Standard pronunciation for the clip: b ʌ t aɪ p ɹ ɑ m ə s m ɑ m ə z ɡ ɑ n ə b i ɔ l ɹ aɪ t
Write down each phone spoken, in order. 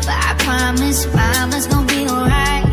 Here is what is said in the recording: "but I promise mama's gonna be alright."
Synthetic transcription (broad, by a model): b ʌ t aɪ p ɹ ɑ m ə s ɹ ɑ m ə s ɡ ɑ ə b i ɔ l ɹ aɪ t